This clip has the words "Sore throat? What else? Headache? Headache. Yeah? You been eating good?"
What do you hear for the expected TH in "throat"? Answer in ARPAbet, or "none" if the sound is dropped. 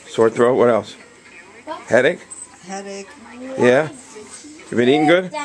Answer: TH